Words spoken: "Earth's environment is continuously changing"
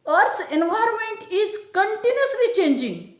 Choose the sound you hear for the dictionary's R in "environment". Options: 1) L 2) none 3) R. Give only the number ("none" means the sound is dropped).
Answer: 3